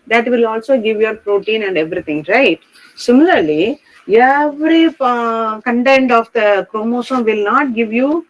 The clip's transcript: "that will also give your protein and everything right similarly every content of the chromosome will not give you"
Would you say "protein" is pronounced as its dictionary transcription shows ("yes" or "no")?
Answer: yes